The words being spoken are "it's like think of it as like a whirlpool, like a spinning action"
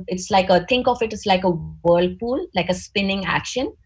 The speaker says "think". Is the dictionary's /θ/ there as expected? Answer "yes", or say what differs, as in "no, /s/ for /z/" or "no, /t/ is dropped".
no, /t/ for /θ/